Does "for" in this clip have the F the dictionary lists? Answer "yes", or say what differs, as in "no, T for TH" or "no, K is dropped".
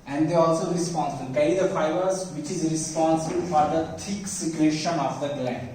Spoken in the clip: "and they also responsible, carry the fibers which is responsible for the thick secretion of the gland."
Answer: yes